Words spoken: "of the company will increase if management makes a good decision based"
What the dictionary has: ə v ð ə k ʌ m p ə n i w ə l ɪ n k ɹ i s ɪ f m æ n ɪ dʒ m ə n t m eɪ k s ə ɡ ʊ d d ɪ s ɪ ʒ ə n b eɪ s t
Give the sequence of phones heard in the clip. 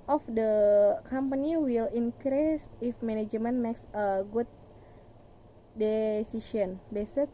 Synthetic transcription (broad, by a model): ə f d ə k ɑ m p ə n i w ə l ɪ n k ɹ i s ɪ f m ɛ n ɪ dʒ m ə n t m eɪ k s ə ɡ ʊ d d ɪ s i ʃ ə n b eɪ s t